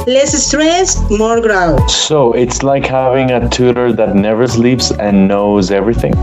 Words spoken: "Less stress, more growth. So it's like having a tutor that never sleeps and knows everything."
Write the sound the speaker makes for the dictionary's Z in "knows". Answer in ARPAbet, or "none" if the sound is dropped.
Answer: Z